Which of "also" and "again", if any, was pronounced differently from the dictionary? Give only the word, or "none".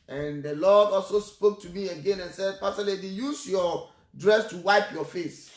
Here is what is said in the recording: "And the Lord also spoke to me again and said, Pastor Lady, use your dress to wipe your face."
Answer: none